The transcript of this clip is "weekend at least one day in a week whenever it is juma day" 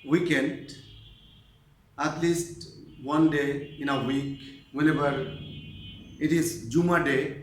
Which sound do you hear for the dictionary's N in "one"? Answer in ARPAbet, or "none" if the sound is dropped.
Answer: N